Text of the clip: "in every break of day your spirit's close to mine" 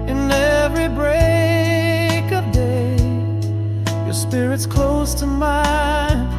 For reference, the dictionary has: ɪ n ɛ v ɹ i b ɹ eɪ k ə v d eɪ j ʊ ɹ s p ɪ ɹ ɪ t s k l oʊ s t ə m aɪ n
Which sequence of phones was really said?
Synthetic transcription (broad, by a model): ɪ n ɛ v ɹ i b ɹ eɪ k ə v d eɪ j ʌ ɹ s p ɪ ɹ ɪ t s k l oʊ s t ə m aɪ n